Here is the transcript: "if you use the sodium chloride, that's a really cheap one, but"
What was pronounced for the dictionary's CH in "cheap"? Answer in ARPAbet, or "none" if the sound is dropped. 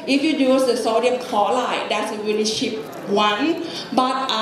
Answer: SH